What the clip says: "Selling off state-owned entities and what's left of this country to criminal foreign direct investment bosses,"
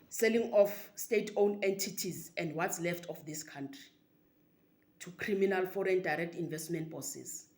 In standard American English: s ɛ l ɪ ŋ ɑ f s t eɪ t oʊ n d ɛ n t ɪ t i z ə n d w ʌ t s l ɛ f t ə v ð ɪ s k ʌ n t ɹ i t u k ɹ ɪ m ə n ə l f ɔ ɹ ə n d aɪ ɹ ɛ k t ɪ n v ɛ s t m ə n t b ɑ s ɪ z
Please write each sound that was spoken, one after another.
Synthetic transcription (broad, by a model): s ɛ l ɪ ŋ ɑ f s t eɪ t oʊ n ɛ n t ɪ t i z ə n d w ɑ t s l ɛ f t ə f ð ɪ s k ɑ n t ɹ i t u k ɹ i m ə n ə l f ɔ ɹ ə n d aɪ ɹ ɛ k t ɪ n v ɛ s t m ə n t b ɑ s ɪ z